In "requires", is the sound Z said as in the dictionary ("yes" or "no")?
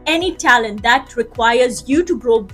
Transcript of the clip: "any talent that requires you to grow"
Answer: yes